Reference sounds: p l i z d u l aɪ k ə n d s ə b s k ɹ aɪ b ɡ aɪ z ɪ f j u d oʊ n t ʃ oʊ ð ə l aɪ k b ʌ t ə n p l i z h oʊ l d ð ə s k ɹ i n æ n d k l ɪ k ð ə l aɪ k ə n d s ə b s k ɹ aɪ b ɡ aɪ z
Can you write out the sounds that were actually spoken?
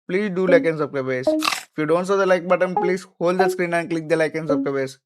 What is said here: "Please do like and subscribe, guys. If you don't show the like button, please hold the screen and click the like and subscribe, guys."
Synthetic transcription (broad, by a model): p l i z d u l aɪ k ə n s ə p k aɪ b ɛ s ɪ f j u d oʊ n t s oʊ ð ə l aɪ k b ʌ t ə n p l i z h oʊ l d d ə s k ɹ i n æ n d k l ɪ k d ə l aɪ k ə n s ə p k aɪ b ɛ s